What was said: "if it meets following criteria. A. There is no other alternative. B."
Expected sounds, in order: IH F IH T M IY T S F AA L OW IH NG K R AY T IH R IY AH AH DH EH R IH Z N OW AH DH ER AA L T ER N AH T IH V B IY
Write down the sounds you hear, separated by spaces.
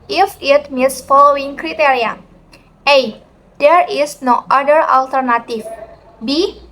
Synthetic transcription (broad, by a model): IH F IH T M IY T S F AA L OW IH NG K R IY T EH R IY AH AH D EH R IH S N OW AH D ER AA L T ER N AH T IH F B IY